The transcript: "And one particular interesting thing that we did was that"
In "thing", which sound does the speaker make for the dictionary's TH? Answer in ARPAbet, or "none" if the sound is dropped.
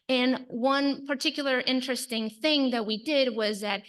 TH